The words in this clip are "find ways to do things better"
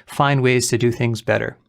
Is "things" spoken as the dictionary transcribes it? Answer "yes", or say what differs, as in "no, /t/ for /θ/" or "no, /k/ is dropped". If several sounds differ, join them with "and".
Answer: yes